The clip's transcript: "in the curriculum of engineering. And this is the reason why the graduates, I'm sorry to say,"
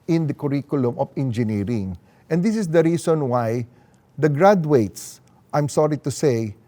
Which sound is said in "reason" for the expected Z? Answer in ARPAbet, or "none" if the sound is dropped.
S